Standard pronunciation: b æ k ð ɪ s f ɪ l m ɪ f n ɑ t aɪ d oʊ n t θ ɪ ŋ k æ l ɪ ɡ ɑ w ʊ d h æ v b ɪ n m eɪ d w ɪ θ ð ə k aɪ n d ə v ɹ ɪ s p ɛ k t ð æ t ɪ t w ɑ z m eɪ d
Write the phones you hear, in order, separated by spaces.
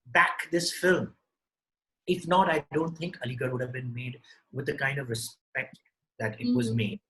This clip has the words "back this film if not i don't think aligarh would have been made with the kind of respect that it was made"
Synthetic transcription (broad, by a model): b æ k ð ɪ s f ɪ l m ɪ f n ɑ t aɪ d oʊ n t t ɪ ŋ k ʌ l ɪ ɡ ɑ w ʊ d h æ v b ɪ n m eɪ d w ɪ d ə k aɪ n d ə v ɹ ɪ s p ɛ k t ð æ t ɪ t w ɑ z m eɪ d